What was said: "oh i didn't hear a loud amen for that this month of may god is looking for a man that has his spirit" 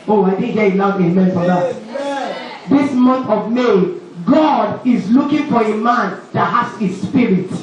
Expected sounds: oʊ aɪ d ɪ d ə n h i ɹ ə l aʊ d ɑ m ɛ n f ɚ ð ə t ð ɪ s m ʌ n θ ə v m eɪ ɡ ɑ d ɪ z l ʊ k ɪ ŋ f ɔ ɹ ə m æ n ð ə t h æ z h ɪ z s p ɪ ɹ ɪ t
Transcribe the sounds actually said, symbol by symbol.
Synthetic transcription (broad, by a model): oʊ aɪ d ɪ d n h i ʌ ə n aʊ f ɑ m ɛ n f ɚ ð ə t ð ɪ s m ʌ n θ ə v m eɪ ɡ ɑ d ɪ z l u k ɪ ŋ f ɔ ɹ ə m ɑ n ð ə t h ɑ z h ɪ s p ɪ ɹ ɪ t